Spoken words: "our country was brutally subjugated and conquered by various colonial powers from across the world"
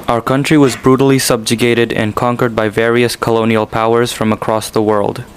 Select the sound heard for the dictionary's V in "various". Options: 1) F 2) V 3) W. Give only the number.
2